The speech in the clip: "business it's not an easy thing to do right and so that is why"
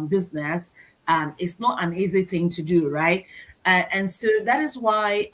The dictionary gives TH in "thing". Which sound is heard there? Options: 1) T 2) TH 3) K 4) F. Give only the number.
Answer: 2